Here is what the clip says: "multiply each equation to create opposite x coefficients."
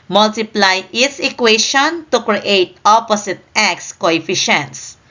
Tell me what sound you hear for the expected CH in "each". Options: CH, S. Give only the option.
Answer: S